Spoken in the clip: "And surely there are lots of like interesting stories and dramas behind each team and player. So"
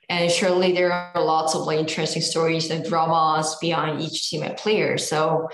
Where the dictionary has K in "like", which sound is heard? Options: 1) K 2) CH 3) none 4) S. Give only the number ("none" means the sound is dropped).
3